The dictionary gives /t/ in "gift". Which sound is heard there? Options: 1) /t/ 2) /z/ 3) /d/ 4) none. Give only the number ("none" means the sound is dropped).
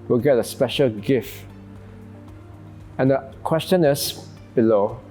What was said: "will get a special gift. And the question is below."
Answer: 1